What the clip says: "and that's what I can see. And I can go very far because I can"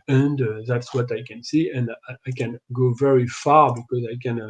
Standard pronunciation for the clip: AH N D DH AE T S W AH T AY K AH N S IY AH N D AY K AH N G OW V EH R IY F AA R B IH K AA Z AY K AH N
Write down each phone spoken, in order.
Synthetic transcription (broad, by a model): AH N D DH AE T S W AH T AY K AH N S IY AH N D AY K AH N G OW V EH R IY F AA R B IH K AA Z AY K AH N